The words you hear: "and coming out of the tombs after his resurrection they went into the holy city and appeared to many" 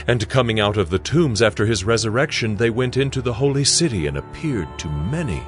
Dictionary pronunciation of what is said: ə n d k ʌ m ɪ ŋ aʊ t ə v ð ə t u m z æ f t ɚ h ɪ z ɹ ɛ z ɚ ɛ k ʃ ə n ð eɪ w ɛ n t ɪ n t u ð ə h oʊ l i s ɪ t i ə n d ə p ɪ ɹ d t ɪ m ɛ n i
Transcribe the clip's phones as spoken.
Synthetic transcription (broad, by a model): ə n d k ʌ m ɪ ŋ aʊ t ə v ð ə t u m z æ f t ɚ ɪ z ɹ ɛ z ɚ ɛ k ʃ ə n ð eɪ w ɛ n t ɪ n t u ð ə h oʊ l i s ɪ t i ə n ə p ɪ ɹ d t ɪ m ɛ n i